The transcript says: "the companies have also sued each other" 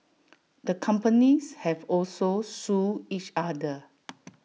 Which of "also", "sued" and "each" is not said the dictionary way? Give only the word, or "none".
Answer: sued